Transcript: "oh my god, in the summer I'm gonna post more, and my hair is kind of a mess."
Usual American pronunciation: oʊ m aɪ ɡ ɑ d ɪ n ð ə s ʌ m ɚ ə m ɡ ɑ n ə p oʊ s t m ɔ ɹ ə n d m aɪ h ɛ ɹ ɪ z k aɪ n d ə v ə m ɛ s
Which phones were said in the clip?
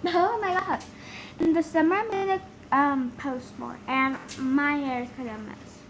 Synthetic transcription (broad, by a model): oʊ m aɪ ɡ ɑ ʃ ɪ n ð ə s ʌ m ɚ ə m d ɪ ə p oʊ s t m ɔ ɹ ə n m aɪ h ɛ ɹ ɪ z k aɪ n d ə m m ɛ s